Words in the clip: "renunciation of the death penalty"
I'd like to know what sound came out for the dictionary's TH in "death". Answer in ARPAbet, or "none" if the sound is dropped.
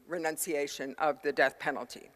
TH